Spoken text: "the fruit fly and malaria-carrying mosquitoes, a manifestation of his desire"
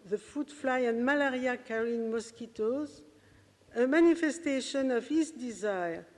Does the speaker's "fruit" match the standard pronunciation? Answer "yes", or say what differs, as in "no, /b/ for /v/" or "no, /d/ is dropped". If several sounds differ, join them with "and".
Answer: no, /ɹ/ is dropped